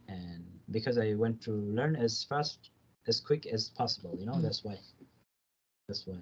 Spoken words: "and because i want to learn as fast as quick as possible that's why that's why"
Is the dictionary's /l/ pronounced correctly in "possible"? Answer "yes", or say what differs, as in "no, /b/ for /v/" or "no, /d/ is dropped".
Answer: no, /n/ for /l/